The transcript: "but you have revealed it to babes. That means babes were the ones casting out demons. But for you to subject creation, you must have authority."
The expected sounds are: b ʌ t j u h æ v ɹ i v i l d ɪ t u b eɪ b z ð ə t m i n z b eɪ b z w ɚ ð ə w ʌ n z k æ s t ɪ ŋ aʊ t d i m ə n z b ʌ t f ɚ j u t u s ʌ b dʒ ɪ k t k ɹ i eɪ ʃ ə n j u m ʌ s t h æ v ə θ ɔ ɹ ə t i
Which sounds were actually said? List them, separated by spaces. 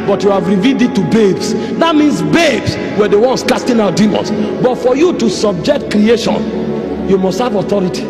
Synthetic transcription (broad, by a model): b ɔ t j u h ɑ v ɹ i v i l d ɪ t u b eɪ b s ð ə t m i n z b eɪ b s w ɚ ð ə w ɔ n s k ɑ s t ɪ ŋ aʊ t d i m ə n s b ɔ t f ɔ j u t u s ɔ b dʒ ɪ k t k ɹ i eɪ ʃ ə n j u m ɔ s t h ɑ v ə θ ɔ ɹ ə t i